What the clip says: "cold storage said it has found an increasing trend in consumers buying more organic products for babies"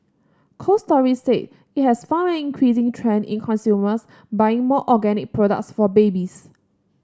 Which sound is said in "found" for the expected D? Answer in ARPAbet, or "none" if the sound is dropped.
none